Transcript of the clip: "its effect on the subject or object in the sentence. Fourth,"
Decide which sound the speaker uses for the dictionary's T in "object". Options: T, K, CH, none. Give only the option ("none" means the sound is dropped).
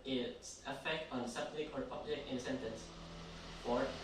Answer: none